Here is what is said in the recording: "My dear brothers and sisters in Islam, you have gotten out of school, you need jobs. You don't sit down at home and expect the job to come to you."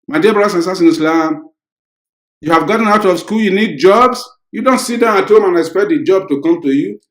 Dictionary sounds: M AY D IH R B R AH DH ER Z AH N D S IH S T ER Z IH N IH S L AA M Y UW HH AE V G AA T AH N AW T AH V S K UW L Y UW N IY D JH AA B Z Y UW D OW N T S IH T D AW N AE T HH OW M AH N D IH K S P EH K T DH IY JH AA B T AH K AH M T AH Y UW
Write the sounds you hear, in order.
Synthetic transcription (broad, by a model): M AY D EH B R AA AA S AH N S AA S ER IH N IH S L AA M Y UW HH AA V G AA T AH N AW T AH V S K UW L Y UW N IY D JH AA B S Y UW D OW N T S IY T D AW N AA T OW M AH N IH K S P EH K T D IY JH AA B T AH K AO M T AH Y UW